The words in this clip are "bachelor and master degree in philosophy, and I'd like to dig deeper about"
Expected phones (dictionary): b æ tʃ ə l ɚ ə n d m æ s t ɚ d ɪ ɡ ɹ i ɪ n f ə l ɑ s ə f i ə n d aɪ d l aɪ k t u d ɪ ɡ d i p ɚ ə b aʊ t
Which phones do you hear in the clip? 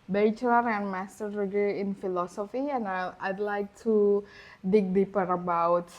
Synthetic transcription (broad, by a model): b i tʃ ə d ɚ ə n m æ s t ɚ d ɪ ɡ i ɪ n f ə l ɑ s ə f i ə n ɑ aɪ d l aɪ k t u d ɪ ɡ d i p ɚ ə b aʊ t